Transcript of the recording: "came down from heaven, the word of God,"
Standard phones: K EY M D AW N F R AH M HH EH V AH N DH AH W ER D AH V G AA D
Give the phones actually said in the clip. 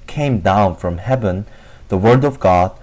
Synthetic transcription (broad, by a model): K EY M D AW N F R AH M HH EH V AH N DH AH W ER D AH V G AA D